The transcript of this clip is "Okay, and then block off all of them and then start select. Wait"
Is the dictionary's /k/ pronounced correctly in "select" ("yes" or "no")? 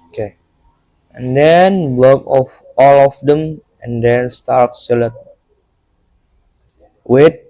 no